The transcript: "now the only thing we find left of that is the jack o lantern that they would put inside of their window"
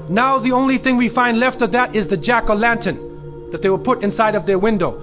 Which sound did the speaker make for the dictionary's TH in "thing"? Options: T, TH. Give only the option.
TH